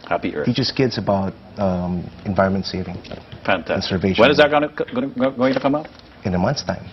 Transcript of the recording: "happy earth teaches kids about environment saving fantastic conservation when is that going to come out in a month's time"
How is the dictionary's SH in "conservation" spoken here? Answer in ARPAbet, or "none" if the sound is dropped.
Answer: none